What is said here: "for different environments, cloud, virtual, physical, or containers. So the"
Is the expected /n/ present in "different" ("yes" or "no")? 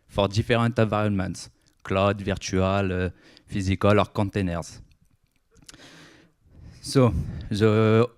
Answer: no